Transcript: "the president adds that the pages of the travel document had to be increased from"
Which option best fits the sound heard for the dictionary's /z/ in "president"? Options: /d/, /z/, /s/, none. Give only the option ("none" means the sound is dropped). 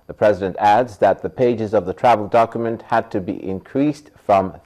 /z/